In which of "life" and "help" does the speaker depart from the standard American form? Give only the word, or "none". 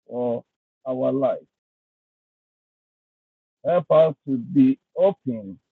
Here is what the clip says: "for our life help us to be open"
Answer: none